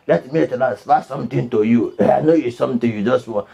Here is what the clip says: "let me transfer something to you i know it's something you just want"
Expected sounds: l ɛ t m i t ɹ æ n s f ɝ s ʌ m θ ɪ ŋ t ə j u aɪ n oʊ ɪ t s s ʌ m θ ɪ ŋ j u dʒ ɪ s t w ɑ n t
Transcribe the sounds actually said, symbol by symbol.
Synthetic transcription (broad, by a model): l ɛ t m i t l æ s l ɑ s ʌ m t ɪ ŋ t ə j u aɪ n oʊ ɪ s s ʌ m t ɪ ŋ j u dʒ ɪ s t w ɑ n